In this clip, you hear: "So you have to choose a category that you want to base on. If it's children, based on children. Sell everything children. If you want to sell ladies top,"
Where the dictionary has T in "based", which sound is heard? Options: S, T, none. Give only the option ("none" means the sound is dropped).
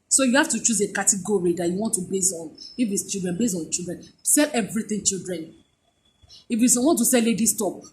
none